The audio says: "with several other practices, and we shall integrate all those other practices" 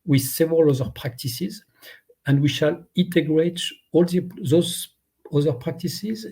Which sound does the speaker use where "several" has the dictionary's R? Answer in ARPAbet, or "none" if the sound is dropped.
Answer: R